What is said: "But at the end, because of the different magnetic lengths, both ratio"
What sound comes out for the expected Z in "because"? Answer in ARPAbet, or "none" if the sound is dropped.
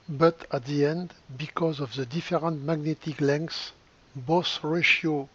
Z